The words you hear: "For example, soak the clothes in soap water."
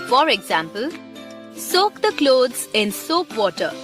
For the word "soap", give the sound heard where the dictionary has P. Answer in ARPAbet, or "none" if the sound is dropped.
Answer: P